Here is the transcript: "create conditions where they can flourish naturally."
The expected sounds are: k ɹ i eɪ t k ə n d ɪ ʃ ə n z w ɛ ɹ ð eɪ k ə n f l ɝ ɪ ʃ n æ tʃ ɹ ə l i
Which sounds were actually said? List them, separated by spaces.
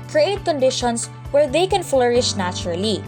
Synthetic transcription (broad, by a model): k ɹ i eɪ t k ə n d ɪ ʃ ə n s w ɛ ɹ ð eɪ k ə n f l ɝ ɪ ʃ n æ tʃ ɹ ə l i